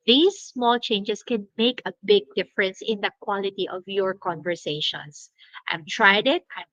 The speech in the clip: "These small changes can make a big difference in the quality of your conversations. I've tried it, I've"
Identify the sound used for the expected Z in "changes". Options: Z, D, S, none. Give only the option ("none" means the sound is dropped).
S